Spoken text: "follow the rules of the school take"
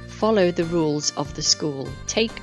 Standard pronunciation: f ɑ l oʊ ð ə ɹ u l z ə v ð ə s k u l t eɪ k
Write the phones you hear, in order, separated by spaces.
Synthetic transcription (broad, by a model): f ɑ l oʊ ð ə ɹ u l z ə v ð ə s k u l t eɪ k